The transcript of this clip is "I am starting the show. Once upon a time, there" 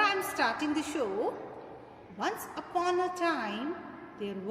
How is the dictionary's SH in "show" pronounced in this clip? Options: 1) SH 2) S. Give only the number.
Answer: 1